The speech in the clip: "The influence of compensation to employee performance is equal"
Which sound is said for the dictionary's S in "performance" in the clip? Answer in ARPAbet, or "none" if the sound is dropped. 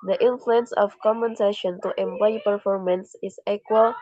S